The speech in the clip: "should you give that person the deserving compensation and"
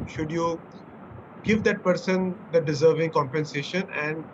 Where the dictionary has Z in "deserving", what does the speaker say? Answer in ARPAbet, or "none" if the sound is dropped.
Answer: Z